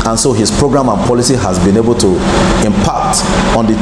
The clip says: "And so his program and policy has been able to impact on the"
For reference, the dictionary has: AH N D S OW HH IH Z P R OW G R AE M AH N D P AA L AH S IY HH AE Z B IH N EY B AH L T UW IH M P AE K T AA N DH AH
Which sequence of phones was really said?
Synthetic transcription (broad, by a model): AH N S OW HH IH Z P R OW G R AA M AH N P AA L AH S IY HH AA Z B IH N EY B AH L T UW IH M P AE K T AA N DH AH